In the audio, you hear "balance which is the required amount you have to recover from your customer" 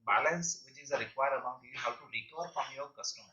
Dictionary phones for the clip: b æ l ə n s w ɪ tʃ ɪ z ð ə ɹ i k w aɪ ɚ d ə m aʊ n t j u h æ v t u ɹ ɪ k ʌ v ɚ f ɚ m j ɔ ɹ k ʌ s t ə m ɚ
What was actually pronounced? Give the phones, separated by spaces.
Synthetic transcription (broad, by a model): b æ l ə n s w ɪ tʃ ɪ z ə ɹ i k w aɪ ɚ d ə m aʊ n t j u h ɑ w t u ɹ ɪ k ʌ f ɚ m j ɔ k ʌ s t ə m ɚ